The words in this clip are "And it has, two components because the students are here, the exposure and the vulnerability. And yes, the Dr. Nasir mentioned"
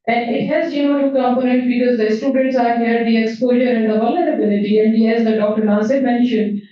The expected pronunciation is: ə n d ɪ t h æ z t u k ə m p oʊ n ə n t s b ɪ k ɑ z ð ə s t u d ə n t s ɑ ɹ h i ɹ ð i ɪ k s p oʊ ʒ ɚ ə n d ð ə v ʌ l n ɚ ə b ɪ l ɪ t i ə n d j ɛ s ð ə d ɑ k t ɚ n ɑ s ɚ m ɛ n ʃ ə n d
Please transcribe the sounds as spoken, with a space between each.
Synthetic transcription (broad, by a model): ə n d ɪ t h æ z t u k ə m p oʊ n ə n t b ɪ k ɑ z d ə s t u d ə n t s ɑ ɹ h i ɹ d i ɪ k s p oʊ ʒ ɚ ə n d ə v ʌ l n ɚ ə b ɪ l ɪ t i ə n d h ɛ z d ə d ɑ k t ɚ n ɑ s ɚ m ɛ n ʃ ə n d